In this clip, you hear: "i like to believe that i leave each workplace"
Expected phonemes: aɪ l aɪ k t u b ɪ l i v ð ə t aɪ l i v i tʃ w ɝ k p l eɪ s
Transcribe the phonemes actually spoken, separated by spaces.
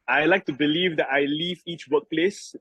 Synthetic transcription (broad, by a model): aɪ l aɪ k t u b ɪ l i v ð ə t aɪ l i v i tʃ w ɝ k p l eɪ s